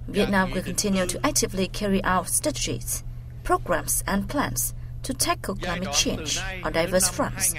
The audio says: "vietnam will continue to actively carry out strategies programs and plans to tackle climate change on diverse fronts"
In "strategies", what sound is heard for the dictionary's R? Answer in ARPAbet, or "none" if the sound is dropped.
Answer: none